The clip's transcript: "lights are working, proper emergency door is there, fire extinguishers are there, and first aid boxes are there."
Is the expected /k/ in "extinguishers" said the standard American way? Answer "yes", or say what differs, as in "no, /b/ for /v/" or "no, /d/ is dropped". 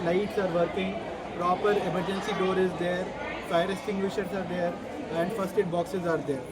no, /k/ is dropped